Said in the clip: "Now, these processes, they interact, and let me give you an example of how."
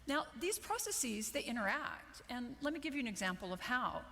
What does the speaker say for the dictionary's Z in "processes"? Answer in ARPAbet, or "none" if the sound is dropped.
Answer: Z